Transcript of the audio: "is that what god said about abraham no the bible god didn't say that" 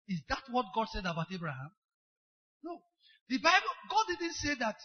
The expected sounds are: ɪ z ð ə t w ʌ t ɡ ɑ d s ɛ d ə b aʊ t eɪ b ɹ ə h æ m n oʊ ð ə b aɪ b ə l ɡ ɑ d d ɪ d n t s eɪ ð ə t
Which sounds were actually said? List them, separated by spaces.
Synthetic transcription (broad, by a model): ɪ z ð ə t w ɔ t ɡ ɑ d s ɛ d ə b aʊ t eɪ b ɹ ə h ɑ m n oʊ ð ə b aɪ b ə l ɡ ɑ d d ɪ d n t s eɪ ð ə t